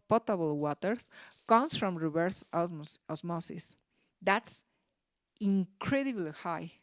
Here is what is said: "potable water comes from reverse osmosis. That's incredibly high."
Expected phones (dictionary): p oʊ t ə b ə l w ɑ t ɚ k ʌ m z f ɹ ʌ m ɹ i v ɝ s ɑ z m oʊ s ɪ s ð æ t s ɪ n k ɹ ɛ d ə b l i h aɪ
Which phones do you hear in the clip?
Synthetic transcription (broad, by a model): p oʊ t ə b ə l w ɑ t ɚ k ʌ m s f ɹ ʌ m ɹ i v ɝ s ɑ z m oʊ s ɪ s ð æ t s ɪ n k ɹ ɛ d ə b l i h aɪ